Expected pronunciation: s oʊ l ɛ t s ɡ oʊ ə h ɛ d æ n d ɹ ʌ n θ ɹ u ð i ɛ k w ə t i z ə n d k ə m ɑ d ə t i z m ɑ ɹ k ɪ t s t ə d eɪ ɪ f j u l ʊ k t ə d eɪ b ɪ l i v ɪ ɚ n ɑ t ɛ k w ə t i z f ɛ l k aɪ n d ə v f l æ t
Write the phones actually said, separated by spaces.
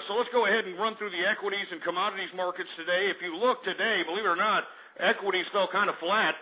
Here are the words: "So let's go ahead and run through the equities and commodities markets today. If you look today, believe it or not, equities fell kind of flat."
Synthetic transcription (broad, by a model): s oʊ l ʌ t s ɡ oʊ ə h ɛ d n ɹ ʌ n θ ɹ u ð i ɛ k w ə t i z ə n k ə m ɑ d ə t i z m ɑ ɹ k ɪ t s t ə d eɪ ɪ f j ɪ l ʊ k t ə d eɪ b ɪ l i v ɚ n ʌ t ɛ k w ə t i z f ɛ l k aɪ n d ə f l æ t